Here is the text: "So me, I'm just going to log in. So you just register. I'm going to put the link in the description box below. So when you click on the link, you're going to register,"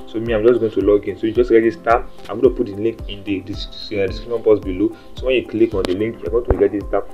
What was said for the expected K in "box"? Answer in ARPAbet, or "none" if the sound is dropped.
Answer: none